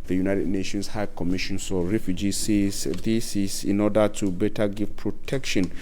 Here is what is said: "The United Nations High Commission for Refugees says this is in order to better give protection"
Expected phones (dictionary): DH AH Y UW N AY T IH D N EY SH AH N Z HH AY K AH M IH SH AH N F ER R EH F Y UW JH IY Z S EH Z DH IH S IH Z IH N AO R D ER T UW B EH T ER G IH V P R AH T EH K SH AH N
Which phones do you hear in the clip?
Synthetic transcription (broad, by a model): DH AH Y UW N AY T IH D N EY SH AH N S HH AY K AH M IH SH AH N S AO R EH F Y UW JH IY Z S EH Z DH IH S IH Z IH N AO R D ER T UW B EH T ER G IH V P R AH T EH K SH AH N